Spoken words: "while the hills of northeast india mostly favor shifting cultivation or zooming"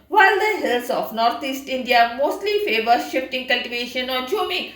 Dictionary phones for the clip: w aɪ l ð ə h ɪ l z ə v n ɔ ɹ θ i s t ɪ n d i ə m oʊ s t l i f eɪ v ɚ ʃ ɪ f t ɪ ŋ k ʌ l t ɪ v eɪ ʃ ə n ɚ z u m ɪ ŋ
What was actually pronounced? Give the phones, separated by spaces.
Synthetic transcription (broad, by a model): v aɪ l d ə h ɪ l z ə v n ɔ ɹ t i s t ɪ n d i ə m oʊ s t l i f eɪ v ɚ ʃ ɪ f t ɪ ŋ k ʌ l t ɪ v eɪ ʃ ə n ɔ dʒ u m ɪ